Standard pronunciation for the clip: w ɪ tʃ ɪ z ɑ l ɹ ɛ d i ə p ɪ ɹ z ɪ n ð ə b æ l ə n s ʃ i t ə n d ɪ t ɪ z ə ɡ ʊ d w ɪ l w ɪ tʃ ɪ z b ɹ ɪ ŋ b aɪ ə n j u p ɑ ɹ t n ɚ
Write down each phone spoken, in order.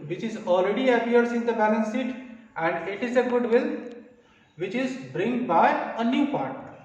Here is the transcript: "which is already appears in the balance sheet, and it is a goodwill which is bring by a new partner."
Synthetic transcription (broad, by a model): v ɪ tʃ ɪ z ɑ l ɹ ɛ d i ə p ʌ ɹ s ɪ n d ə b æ n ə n s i t ə n d ɪ t ɪ z ə ɡ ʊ d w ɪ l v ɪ tʃ ɪ z b ɹ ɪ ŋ b aɪ ə n j u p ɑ ɹ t